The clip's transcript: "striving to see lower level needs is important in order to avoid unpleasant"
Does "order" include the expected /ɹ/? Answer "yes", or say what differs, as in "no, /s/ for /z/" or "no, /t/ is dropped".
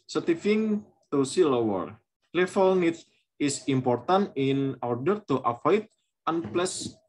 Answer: yes